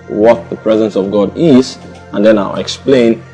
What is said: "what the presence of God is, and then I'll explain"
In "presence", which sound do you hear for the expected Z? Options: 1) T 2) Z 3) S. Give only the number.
2